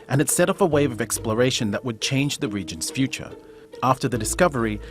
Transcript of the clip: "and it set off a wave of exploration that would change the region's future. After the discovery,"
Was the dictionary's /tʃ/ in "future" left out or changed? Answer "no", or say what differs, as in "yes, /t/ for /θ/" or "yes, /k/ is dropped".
no